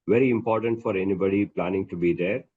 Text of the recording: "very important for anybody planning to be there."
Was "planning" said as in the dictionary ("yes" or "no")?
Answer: yes